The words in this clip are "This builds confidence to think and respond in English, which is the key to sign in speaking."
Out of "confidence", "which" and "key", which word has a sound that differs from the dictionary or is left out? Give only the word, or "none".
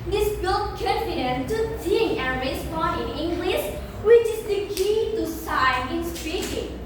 confidence